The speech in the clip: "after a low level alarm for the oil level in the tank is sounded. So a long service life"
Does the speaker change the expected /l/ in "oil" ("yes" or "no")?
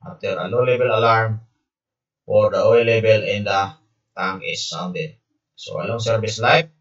yes